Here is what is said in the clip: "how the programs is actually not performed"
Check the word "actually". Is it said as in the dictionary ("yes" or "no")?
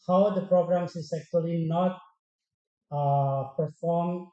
yes